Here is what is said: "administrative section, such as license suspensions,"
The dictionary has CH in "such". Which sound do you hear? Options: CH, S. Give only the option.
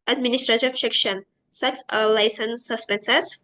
S